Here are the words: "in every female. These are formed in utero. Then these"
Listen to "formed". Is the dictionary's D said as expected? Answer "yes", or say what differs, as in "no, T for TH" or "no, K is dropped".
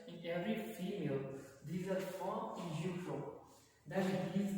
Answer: no, D is dropped